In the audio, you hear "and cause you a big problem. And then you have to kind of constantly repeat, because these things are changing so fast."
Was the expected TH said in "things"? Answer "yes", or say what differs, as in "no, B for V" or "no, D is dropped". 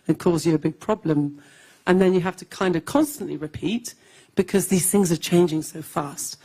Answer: yes